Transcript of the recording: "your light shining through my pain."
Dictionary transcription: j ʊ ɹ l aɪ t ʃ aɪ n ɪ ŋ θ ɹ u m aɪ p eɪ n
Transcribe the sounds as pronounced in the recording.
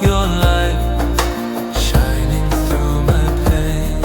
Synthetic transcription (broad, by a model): j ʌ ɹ l aɪ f ʃ aɪ n ɪ ŋ θ ɹ u m aɪ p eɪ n